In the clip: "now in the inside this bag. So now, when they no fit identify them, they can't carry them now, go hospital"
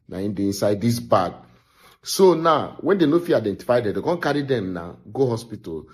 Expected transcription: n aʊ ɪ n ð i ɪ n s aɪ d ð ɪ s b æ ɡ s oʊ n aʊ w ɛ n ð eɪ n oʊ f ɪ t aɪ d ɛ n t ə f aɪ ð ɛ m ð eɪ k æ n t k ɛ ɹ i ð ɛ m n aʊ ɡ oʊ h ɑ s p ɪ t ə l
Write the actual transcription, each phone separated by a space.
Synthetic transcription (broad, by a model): n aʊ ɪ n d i ɪ n s aɪ d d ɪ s b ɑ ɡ s oʊ n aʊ w ɛ n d eɪ n oʊ f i aɪ d ɛ n t ə f aɪ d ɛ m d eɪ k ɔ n k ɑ ɹ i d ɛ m n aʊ ɡ oʊ h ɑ s p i t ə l